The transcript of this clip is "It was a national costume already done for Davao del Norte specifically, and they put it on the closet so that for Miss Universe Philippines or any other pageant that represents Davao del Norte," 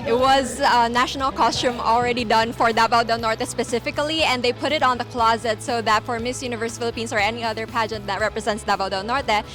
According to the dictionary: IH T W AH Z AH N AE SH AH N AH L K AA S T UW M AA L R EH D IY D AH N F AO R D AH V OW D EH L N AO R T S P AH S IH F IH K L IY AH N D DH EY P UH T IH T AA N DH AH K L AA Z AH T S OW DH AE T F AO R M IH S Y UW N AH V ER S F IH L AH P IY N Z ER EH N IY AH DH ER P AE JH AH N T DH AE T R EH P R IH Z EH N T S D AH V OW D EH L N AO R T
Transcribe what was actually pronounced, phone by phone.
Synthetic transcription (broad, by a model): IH T W AH Z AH N AE SH AH N AH L K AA S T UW M AA L R EH D IY D AH N F AO R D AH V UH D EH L N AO R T S P AH S IH F IH K L IY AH N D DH EY P UH T IH T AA N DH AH K L AA Z AH T S OW DH AE T F AO R M IH S Y UW N AH V ER S F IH L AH P IY N S ER EH N IY AH DH ER P AE JH AH N T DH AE T R EH P R IH Z EH N T S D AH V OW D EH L N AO R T